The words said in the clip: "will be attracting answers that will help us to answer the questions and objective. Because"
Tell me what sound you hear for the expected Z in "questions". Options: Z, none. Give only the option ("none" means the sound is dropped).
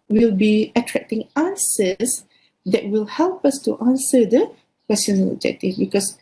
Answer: none